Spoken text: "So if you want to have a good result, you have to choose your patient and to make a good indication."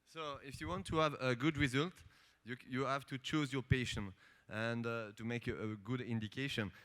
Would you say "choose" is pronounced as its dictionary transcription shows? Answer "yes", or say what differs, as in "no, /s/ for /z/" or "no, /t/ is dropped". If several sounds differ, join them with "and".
yes